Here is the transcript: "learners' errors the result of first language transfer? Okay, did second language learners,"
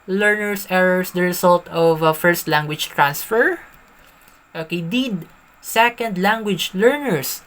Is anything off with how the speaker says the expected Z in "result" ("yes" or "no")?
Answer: yes